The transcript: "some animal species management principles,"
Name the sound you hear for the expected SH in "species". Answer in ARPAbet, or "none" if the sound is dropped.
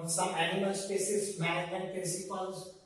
S